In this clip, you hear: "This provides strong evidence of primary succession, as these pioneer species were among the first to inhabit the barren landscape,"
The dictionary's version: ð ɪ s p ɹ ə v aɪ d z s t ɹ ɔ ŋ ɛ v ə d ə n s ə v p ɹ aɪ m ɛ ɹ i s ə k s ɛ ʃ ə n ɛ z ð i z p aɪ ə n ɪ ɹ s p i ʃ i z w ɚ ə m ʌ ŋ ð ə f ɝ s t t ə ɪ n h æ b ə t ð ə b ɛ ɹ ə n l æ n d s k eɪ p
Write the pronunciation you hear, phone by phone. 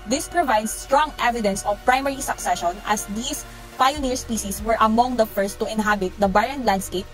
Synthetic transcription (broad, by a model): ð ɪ s p ɹ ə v aɪ d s t ɹ ɔ ŋ ɛ v ə d ə n s ə v p ɹ aɪ m ɛ ɹ i s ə k s ɛ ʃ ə n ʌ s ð i s p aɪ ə n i ɹ s p i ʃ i s w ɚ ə m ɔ ŋ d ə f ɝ s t t ə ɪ n h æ b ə t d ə b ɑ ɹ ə n l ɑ n d s k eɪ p